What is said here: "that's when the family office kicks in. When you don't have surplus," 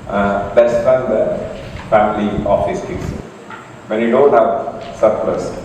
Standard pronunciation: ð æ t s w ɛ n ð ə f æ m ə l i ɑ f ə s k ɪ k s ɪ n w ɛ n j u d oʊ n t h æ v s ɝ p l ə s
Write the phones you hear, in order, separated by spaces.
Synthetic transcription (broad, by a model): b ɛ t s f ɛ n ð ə f æ m ə l i ɑ f ə s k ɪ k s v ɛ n j u d oʊ n t h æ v s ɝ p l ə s